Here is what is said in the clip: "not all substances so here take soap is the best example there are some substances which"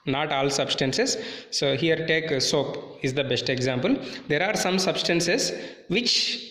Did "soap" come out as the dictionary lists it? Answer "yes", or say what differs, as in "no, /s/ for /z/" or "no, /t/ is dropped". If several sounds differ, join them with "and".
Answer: yes